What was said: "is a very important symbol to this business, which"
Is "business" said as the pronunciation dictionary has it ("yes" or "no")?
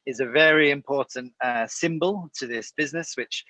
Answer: yes